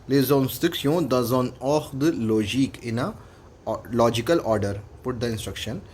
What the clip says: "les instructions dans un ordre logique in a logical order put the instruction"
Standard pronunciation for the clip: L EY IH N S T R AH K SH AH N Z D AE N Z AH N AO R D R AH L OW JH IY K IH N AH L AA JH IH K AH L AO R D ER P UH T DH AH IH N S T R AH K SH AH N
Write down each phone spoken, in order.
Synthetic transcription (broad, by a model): L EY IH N S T AH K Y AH D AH Z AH N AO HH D AH L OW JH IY K IH N AH L AA JH IH K AH L AO R D ER P UH T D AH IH N S T R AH K SH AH N